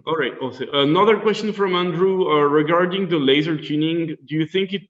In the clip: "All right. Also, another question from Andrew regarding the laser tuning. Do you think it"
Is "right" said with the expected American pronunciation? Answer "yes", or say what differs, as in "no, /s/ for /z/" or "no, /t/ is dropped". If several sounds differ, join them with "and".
yes